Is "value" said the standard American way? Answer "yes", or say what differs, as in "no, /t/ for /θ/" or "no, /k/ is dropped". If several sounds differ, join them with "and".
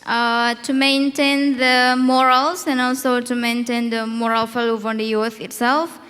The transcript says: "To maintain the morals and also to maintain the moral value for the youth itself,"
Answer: no, /f/ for /v/